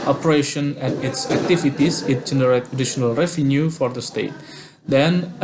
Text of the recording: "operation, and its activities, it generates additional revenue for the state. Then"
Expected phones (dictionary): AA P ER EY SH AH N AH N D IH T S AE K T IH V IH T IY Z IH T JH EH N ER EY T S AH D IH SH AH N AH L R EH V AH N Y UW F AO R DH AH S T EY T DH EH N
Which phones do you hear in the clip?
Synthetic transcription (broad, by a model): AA P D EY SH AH N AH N IH T S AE K T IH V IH T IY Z IH T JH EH N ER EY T AH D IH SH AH N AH L R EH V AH N Y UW F AO R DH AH S T EY T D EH N